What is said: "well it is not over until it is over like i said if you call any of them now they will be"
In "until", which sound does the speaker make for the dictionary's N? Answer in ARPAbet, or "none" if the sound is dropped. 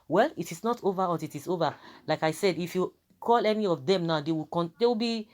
none